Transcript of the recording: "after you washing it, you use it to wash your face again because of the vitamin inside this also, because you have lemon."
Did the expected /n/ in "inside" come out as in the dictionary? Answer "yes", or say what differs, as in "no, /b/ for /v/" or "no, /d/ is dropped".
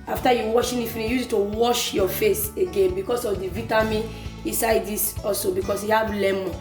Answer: yes